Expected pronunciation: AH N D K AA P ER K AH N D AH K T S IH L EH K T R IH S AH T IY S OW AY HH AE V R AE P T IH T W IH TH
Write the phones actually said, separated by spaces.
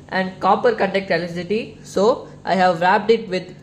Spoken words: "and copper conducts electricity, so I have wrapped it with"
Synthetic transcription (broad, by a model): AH N D K AA P ER K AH N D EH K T IH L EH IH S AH T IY S OW AY HH AE V R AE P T IH T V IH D